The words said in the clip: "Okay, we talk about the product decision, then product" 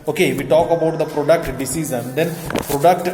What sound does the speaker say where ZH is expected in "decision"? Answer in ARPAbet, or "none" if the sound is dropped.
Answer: Z